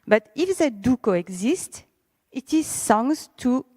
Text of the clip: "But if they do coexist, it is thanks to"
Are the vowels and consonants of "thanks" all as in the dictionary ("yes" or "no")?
no